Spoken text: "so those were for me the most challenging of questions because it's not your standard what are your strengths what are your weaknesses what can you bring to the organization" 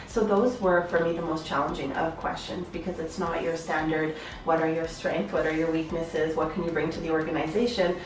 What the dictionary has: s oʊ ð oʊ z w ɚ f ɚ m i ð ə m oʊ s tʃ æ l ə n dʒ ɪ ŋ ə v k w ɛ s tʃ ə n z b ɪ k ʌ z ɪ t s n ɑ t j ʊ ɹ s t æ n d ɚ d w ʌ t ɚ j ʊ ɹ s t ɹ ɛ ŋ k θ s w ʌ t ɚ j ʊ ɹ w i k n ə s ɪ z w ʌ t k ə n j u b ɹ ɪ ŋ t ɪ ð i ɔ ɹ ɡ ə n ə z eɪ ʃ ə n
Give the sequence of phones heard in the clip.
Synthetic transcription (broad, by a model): s oʊ ð oʊ z w ɚ f ɚ m i ð ə m oʊ s tʃ æ l ə n dʒ ɪ ŋ ə v k w ɛ s tʃ ə n z b ɪ k ʌ z ɪ t s n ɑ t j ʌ ɹ s t æ n d ɚ d w ʌ t ɚ j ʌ ɹ s t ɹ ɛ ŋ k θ w ʌ t ɚ j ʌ ɹ w i k n ə s ɪ z w ʌ t k ə n j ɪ b ɹ ɪ ŋ t ɪ ð i ɔ ɹ ɡ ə n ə z eɪ ʃ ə n